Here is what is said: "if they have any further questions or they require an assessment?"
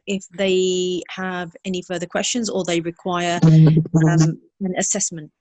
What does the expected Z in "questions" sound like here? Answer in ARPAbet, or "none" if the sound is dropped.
Z